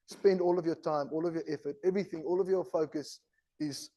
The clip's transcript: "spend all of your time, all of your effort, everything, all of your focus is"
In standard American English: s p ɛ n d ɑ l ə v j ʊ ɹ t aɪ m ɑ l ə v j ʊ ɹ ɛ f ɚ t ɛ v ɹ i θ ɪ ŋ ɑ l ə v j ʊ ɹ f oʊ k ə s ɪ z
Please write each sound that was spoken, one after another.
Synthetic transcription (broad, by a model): s p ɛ n d ɑ l ə v j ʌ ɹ t aɪ m ɑ l ə v j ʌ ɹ ɛ f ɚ t ɛ v ɹ i θ ɪ ŋ ɑ l ə v j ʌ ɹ f oʊ k ə s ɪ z